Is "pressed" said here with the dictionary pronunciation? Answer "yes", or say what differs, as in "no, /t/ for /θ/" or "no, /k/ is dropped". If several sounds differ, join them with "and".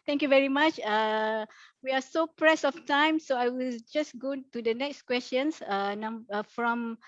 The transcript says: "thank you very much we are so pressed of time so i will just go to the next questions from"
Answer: no, /t/ is dropped